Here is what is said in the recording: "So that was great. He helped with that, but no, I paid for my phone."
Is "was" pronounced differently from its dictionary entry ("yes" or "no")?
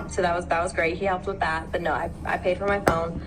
no